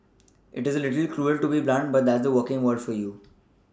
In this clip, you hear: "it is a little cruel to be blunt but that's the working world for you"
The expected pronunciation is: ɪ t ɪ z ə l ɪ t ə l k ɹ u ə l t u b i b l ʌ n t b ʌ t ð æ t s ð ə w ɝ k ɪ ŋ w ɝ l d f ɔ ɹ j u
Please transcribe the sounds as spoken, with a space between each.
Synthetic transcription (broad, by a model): ɪ t ɪ z ə l ɪ t ə l k ɹ u ə l t u b i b l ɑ n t b ʌ t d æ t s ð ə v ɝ k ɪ ŋ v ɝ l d f ɔ ɹ j u